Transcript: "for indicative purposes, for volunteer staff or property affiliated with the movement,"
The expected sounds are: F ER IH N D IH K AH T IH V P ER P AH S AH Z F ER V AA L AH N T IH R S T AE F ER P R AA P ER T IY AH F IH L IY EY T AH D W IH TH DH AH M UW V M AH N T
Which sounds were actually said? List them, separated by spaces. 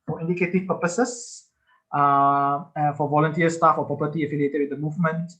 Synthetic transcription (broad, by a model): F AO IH N D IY K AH T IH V P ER P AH S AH S F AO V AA L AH N T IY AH S T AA F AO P AA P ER T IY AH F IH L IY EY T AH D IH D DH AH M UW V M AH N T